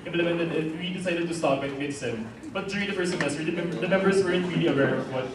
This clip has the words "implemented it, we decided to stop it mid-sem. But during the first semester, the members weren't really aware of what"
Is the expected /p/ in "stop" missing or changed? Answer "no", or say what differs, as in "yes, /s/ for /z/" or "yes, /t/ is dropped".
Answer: yes, /b/ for /p/